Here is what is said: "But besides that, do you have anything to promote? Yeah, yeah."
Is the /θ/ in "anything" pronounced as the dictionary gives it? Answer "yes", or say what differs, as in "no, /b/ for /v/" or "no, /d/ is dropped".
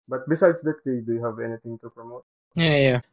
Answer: no, /t/ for /θ/